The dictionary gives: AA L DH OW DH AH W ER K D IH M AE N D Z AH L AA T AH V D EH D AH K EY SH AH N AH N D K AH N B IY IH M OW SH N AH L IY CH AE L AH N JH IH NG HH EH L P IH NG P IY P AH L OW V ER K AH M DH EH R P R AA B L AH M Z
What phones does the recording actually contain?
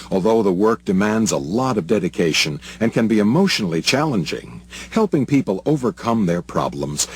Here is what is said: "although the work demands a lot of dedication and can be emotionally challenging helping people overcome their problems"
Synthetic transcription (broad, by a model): AA L DH OW DH AH W ER K D IH M AE N D Z AH L AA T AH V D EH D AH K EY SH AH N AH N K AH N B IY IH M OW SH N L IY CH AE L AH N JH IH NG HH EH L P IH NG P IY P AH L OW V ER K AH M DH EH R P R AA B L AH M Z